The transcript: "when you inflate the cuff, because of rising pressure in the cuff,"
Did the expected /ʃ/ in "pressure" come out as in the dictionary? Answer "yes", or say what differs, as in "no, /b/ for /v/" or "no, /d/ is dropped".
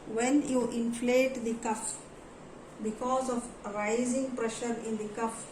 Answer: yes